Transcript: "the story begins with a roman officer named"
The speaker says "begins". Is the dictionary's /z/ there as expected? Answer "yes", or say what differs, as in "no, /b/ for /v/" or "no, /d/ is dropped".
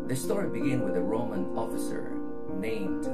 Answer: no, /z/ is dropped